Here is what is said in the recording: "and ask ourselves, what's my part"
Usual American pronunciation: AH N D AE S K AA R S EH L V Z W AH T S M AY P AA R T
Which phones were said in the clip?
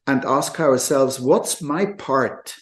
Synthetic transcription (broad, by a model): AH N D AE S K AA R S EH L V Z W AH T S M AY P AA R T